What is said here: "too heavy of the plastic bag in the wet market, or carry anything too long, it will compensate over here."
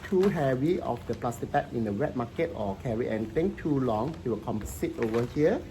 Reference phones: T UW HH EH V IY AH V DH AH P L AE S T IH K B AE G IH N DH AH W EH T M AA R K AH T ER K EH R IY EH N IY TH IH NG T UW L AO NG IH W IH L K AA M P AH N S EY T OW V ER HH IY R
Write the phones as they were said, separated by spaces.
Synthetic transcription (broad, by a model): T UW HH EH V IY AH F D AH P L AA S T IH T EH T IH N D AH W EH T M AA K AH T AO K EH R IY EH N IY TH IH NG T UW L AO NG IH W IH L K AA M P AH S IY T OW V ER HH IY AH